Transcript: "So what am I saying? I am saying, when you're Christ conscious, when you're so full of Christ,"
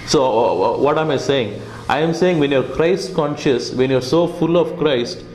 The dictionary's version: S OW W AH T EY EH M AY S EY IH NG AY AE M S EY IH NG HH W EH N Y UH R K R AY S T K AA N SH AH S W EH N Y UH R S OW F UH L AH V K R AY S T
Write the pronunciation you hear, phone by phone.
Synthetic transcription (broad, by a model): S OW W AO T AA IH M AY S EY IH NG AY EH M S EY IH NG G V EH N Y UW R K R AY S T K AA N SH AH S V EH N Y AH R S OW F UH L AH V K R AY S T